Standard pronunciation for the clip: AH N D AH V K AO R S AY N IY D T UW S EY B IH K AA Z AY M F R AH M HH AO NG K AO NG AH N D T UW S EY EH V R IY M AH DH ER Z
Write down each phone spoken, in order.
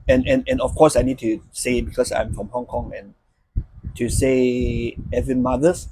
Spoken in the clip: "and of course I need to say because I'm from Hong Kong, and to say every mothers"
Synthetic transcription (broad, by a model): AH N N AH F K AO S AY N IY D T UW S EY B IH K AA S AY M F R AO M HH AO NG K AO NG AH N T UW S EY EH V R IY M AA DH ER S